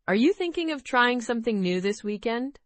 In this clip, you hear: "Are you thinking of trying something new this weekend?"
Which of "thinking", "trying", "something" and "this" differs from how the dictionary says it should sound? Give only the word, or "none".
none